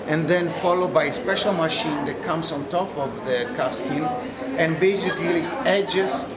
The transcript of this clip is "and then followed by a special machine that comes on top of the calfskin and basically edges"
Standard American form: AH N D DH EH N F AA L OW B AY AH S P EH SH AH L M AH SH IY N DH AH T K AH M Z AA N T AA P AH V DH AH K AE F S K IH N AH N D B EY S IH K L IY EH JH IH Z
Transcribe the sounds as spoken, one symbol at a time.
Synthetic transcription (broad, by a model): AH N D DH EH N F AA L OW B AY AH S P EH SH AH L M AH SH IY N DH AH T K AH M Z AA N T AA P AH V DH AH K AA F S K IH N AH N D B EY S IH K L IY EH JH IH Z